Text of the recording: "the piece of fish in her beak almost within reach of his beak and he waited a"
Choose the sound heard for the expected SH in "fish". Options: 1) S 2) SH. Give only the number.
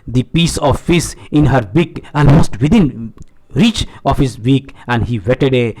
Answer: 1